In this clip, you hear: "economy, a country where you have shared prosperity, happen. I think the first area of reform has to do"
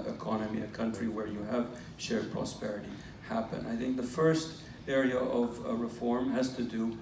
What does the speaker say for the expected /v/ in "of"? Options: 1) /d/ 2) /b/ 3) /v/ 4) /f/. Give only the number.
3